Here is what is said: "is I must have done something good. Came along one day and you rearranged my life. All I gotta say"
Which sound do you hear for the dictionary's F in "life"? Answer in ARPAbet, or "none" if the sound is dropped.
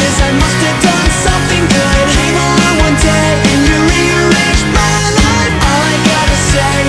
none